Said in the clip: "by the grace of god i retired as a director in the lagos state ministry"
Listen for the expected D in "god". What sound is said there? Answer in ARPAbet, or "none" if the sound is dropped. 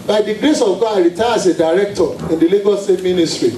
none